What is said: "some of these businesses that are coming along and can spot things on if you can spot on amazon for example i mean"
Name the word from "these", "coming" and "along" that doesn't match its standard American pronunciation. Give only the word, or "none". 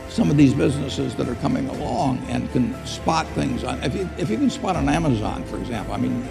none